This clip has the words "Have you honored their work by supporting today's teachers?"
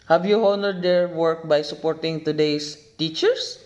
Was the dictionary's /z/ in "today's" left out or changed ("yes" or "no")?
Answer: yes